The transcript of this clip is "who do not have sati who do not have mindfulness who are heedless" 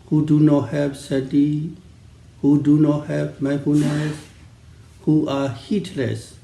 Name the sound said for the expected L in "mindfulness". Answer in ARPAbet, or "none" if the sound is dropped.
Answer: none